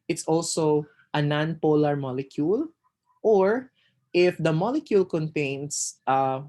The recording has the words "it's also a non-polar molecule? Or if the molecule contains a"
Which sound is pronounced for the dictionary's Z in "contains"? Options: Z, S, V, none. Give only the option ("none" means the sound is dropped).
S